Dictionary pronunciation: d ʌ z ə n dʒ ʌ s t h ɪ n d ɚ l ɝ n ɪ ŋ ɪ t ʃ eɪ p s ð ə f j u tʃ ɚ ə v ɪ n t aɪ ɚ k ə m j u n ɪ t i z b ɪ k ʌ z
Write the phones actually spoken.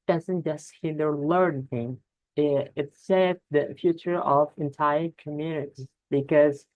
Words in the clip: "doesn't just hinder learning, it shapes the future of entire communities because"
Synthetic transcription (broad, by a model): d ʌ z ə n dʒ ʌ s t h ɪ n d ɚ l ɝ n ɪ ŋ ɪ t s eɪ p ð ə f j u tʃ ɚ ə v ɪ n t aɪ ɚ k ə m j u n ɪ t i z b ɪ k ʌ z